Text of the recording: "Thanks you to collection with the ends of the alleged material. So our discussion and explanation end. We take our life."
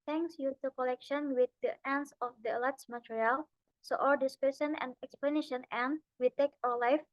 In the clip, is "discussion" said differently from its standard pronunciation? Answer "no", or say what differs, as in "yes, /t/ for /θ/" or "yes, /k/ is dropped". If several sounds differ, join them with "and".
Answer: yes, /s/ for /ʃ/